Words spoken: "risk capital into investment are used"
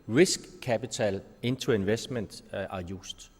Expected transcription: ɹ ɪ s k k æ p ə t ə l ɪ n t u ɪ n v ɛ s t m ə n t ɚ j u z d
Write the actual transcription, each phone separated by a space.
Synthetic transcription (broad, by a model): ɹ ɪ s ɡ k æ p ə s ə l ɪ n s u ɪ n v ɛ s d m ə n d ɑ j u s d